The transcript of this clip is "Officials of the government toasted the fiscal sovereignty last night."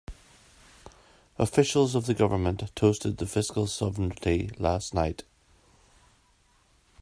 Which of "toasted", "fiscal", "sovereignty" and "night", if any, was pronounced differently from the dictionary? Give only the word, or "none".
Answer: sovereignty